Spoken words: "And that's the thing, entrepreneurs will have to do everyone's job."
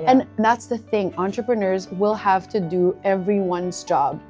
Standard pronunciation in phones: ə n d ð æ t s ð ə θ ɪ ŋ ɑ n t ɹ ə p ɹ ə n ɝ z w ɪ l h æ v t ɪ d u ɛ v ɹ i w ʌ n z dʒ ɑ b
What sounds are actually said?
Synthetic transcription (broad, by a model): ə n ð æ t s ð ə θ ɪ ŋ ɑ n t ɹ ə p ɹ ə n ɝ z w ɪ l h æ v t ɪ d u ɛ v ɹ i w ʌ n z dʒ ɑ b